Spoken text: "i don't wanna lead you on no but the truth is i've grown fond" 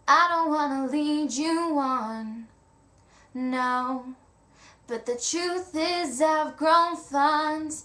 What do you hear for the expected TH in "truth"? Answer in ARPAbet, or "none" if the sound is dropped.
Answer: TH